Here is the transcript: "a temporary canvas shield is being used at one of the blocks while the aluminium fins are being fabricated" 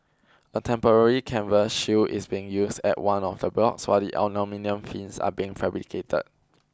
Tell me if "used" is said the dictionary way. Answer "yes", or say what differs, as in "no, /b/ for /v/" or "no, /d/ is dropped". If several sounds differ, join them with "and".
no, /s/ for /z/